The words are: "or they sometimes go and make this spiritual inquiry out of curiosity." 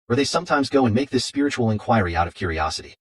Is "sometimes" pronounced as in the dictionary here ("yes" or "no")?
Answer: yes